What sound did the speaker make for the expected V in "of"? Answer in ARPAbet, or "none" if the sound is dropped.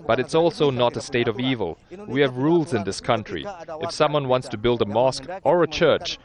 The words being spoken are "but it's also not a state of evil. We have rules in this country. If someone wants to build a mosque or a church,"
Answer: V